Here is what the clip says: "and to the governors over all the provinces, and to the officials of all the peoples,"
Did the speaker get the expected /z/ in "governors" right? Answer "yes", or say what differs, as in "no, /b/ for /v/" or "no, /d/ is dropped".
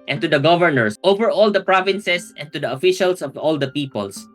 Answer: no, /s/ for /z/